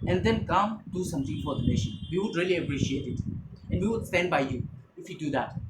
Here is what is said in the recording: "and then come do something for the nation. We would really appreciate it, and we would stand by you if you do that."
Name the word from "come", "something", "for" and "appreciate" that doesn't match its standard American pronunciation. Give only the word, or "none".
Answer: something